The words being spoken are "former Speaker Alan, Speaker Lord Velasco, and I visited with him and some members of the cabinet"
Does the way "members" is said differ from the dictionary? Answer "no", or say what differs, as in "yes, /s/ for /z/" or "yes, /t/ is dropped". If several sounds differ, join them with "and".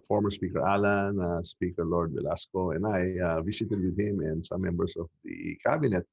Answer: yes, /s/ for /z/